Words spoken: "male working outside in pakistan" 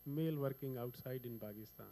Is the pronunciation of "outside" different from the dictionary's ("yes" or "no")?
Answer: no